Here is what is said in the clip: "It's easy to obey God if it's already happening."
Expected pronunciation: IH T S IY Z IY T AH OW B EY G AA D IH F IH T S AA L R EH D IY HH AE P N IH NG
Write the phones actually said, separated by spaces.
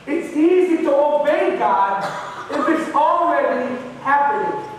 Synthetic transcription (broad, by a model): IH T S IY Z IY T AH OW B EY G AA D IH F IH T S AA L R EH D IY HH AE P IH